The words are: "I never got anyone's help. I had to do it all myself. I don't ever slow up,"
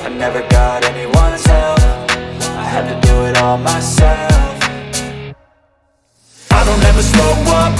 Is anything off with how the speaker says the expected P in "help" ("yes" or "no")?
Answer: yes